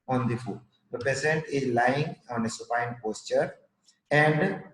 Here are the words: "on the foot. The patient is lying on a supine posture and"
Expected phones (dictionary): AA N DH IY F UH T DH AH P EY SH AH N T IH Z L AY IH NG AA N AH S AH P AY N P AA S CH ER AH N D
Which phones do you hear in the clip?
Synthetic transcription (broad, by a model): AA N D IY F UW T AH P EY S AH N T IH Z L AY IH NG AA N AH S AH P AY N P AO S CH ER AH N D